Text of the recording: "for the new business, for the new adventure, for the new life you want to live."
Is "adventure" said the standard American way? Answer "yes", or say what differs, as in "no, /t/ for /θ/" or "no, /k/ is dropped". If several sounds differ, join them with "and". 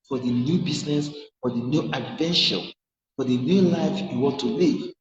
no, /ʃ/ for /tʃ/